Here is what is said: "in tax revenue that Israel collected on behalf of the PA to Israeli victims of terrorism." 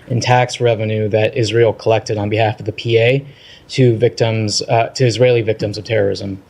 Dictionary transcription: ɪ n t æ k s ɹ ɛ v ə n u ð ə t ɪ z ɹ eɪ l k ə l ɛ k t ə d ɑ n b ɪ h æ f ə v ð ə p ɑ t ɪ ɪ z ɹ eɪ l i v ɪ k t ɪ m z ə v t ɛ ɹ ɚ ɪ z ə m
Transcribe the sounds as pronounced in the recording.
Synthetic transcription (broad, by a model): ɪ n t æ k s ɹ ɛ v ə n u ð ə t ɪ z ɹ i l k ə l ɛ k t ə d n b ɪ h æ f ə v ð ə p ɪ t ɪ ɪ z ɹ eɪ l i v ɪ k t ɪ m z ə v t ɛ ɹ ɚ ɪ z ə m